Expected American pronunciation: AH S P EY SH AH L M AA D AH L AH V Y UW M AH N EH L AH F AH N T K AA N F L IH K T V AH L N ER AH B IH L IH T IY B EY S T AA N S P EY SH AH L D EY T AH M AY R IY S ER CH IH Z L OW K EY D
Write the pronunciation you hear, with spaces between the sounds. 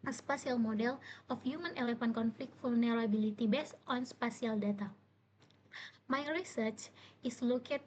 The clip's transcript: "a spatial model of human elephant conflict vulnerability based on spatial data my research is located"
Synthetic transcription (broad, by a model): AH S P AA S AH L M AA D AH L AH F Y UW M AH N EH L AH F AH N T K AA N F L IH K T F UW L N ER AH B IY L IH T IY B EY S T AA N S P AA S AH L D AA T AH M AY R IY S ER CH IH S L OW K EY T